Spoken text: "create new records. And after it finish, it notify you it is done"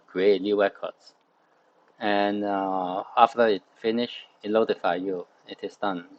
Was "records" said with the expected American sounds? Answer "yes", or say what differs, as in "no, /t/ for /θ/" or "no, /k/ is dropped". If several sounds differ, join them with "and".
no, /w/ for /ɹ/